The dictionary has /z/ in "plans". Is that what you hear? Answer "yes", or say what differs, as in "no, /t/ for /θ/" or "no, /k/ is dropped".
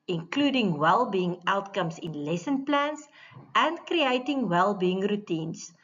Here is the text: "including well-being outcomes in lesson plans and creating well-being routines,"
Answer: no, /s/ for /z/